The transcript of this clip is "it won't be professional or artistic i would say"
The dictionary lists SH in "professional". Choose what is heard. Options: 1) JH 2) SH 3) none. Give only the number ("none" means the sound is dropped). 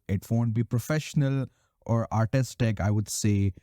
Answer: 2